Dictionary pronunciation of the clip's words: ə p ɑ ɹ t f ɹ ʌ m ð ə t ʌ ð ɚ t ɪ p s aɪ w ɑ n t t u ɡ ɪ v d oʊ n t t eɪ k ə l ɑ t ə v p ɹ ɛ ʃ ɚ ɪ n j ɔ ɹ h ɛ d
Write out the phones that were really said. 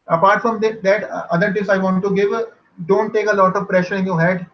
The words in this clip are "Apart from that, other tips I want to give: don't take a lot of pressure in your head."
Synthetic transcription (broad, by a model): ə p ɑ ɹ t f ɹ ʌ m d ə t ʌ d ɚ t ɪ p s aɪ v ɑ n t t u ɡ ɪ v d oʊ n t t eɪ k ə l ɑ t ə v p ɹ ɛ ʃ ɚ ɪ n j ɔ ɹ h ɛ d